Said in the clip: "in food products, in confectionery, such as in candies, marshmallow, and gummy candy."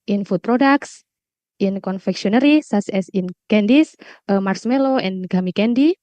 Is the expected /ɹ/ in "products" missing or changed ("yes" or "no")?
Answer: no